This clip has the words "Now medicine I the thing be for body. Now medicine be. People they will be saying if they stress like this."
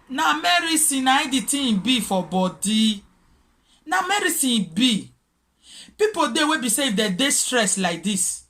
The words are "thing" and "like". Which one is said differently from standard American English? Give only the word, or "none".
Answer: thing